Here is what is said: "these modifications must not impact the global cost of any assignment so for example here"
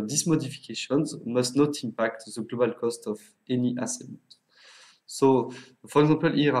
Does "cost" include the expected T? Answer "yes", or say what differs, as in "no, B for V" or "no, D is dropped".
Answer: yes